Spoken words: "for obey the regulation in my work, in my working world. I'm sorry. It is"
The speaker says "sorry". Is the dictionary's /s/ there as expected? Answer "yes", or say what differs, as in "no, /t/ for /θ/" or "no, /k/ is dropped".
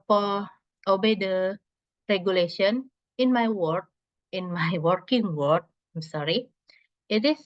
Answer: yes